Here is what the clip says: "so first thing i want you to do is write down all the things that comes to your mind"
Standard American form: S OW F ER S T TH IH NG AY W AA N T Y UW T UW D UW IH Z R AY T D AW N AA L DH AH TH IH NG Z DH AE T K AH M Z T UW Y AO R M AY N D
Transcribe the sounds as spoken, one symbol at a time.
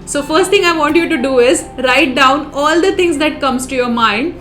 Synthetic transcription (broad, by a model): S OW F ER S T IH NG AY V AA N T Y UW T UW D UW IH Z R AY T D AW N AA L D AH T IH NG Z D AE T K AH M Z T UW Y AO R M AY N D